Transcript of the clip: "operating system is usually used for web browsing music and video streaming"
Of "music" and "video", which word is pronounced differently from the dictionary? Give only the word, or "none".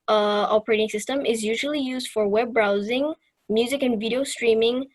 none